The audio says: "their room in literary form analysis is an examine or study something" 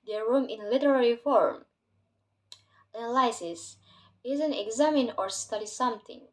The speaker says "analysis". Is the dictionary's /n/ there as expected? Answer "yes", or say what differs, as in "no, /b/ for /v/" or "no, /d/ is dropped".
no, /l/ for /n/